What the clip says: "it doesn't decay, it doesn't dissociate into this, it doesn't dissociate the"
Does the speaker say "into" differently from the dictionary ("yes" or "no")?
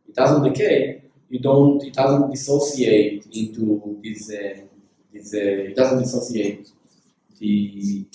no